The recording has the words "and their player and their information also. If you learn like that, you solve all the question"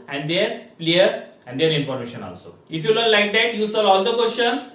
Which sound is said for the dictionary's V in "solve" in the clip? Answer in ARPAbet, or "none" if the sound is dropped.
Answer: none